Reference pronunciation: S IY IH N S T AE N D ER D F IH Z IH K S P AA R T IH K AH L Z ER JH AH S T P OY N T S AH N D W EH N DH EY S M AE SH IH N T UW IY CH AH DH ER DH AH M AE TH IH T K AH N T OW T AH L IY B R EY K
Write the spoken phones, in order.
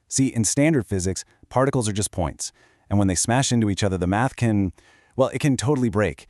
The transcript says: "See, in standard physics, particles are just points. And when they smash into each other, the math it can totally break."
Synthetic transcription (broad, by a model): S IY IH N S T AE N D ER D F IH Z IH K S P AA R T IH K L Z ER JH AH S P OY N T S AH N W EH N DH EY S M AE SH IH N T UW IY CH AH DH ER DH AH M AE TH IH T K AH N T OW T L IY B R EY K